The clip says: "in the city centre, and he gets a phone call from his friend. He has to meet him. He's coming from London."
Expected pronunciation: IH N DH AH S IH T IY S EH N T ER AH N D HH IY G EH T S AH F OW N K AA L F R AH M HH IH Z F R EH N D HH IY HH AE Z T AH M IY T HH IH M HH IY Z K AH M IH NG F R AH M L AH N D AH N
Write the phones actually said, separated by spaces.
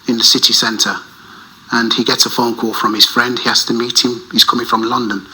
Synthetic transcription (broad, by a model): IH N DH AH S IH T IY S EH N T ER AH N IY G EH T S AH F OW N K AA F R AH M IH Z F R EH N D HH IY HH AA S T AH M IY T HH IH M HH IY Z K AH M IH NG F R AH M L AH N D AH N